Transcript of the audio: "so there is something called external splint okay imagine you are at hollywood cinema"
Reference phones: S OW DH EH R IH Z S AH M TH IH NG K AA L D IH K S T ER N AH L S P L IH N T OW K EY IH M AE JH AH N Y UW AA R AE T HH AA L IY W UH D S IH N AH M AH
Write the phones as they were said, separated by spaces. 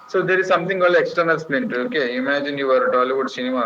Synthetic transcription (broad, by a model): S OW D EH R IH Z S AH M T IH NG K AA L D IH K S T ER N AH L S P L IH N T OW K EY IH M AE JH AH N Y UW AA R T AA L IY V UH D S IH N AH M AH